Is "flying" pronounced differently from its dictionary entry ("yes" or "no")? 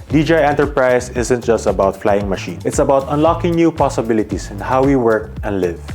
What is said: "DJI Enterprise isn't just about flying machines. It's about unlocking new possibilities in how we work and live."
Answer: no